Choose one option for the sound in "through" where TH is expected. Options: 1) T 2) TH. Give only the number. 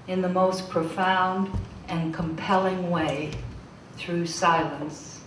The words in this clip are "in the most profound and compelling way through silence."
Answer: 2